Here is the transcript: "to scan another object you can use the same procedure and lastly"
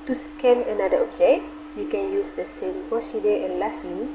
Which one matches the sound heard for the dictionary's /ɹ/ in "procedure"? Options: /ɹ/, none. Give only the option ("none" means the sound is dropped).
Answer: none